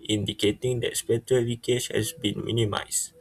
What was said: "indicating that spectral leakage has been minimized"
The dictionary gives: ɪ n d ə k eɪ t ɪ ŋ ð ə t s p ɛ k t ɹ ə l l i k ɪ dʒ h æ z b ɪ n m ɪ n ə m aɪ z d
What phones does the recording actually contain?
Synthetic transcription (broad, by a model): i n d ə k eɪ t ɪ ŋ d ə t s p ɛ t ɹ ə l w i k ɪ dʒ h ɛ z b ɪ n m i n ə m aɪ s